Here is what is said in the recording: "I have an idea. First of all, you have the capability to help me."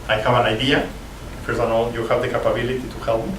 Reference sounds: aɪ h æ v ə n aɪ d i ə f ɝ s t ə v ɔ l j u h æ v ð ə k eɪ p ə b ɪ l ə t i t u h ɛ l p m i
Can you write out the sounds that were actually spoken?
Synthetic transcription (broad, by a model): aɪ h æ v ə n aɪ d i ə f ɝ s ə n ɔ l j u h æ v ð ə k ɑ p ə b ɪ l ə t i t u h ɛ l p